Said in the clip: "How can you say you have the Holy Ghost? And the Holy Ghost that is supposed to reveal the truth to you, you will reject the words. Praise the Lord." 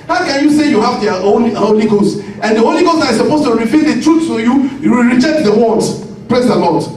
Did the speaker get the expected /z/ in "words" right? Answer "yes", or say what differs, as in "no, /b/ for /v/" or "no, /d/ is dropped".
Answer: no, /z/ is dropped